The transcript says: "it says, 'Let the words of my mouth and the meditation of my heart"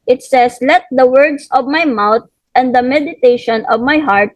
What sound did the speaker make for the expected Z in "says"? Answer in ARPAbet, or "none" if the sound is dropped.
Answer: S